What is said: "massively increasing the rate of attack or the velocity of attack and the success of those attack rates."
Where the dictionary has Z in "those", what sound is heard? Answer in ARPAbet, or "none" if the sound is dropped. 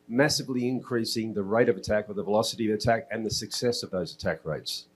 Z